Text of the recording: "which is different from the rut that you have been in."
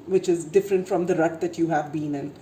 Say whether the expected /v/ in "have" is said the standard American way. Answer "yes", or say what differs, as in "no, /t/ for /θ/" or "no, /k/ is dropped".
yes